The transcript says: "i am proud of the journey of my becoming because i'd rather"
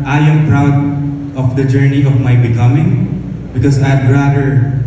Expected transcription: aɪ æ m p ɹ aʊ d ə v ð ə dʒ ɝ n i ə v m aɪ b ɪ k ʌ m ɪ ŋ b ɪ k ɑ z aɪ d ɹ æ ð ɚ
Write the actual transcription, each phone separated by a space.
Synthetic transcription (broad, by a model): aɪ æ m p ɹ aʊ d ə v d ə dʒ ɝ n i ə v m aɪ b ɪ k ʌ m ɪ ŋ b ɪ k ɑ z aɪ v ɹ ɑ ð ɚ